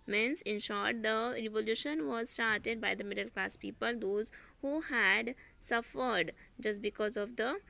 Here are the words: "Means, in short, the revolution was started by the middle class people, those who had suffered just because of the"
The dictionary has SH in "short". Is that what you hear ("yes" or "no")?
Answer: yes